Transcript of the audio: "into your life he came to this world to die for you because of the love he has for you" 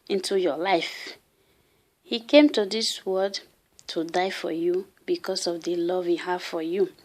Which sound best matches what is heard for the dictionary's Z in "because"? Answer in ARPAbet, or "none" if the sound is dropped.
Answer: S